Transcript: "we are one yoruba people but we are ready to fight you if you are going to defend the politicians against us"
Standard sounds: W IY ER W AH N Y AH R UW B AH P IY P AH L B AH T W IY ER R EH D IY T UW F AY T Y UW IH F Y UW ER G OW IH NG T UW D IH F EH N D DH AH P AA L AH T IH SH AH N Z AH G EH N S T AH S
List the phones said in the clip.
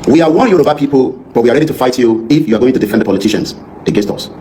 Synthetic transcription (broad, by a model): W IY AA W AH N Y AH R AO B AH P IY P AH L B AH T W IY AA R EH D IY T UW F AY T Y UW IH F Y UW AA G OW IH NG T UW D IH F EH N D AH P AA L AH T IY SH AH N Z AH G EH N S T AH S